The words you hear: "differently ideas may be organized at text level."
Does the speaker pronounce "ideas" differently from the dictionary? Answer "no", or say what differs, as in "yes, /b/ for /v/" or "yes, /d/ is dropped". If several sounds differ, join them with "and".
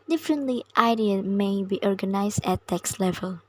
yes, /z/ is dropped